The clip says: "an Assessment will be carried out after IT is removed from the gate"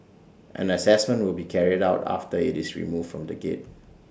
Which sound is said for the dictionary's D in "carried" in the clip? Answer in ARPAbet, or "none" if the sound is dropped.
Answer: D